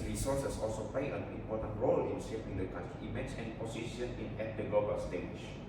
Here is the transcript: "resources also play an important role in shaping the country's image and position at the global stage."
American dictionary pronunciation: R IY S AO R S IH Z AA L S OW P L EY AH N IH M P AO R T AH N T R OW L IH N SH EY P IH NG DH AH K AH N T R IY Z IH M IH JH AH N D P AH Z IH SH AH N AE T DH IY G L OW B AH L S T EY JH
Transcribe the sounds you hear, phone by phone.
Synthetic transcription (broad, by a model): R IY S AO S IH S AA L S OW P L EY AH N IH M P AO T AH N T R OW L IH N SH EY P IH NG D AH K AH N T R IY IY M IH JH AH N P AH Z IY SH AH N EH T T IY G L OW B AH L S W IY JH